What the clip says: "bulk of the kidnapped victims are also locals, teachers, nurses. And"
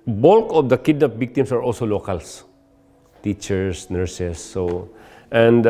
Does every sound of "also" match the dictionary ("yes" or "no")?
yes